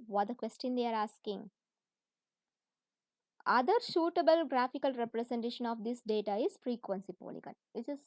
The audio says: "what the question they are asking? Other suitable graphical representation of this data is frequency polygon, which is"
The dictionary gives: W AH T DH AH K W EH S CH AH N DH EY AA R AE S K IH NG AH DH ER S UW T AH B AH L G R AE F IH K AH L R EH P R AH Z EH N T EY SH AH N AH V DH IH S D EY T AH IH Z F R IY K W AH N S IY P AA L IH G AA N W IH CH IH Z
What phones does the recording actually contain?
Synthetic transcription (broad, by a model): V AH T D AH K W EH S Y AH N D EY AA R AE S K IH NG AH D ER SH UW T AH B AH L G R AE F IH K AH L R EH P R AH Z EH N T EY SH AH N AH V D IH S D EY T AH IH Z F R IY K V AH N S IY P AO L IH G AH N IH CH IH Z